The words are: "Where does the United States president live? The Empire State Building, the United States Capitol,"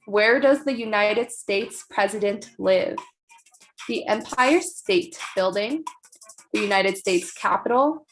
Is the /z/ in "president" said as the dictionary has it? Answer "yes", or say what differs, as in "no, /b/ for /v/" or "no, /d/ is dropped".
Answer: yes